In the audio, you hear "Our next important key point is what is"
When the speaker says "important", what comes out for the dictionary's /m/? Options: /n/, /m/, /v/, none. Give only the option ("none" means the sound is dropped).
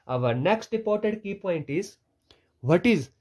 none